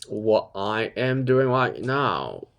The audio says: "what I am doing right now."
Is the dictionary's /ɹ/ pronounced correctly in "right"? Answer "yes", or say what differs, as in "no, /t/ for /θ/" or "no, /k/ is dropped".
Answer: no, /l/ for /ɹ/